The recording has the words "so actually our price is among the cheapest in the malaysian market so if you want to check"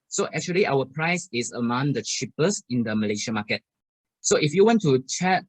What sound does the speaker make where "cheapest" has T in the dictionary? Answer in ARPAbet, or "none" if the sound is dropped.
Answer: none